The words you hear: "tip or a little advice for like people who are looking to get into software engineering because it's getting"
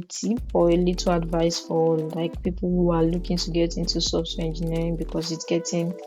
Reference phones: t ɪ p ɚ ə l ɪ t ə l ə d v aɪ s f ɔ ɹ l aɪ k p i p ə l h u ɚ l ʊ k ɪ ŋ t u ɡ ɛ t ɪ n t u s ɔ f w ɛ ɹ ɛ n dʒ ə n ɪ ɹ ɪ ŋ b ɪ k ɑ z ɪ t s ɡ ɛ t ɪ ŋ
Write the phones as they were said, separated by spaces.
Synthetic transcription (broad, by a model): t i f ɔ ə l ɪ t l ə d v aɪ s f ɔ l l aɪ k p i p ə l h u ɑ l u k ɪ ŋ t u ɡ ɛ t ɪ n t u s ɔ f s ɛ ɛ n dʒ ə n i ɹ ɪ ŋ b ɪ k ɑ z ɪ t s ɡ ɛ t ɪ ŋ